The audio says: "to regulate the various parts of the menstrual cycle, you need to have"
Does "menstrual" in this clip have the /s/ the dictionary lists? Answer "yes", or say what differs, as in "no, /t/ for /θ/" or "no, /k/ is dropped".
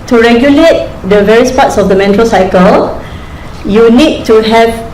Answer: no, /s/ is dropped